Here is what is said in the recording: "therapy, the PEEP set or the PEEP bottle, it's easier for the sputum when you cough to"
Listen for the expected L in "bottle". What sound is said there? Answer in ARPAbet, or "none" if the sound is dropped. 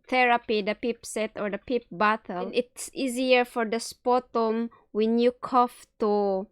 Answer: N